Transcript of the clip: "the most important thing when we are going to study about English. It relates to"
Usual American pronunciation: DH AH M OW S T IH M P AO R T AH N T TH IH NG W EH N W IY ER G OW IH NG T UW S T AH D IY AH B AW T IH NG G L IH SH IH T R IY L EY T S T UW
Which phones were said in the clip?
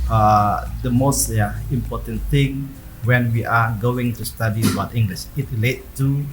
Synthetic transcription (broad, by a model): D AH M OW S T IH M P AO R T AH N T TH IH NG W EH N W IY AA G OW IH NG T UW S T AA D IY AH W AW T IH NG G L IH SH IH T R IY L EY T T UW